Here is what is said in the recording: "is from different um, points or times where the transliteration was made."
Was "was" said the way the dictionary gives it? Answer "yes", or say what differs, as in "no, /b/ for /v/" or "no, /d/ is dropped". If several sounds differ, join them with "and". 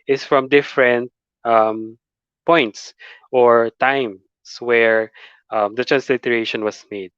no, /s/ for /z/